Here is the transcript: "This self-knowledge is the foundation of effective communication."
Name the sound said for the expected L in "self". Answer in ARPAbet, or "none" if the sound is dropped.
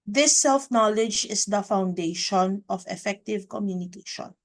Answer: L